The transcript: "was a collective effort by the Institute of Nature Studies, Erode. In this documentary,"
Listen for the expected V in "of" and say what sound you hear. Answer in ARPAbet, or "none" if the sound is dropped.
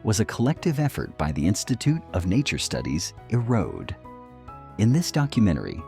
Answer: V